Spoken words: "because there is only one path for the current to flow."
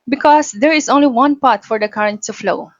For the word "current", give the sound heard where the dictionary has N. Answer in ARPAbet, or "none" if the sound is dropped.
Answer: N